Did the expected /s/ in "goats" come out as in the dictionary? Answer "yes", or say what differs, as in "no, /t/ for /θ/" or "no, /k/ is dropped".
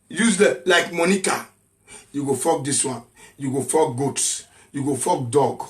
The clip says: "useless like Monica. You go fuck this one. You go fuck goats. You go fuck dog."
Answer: yes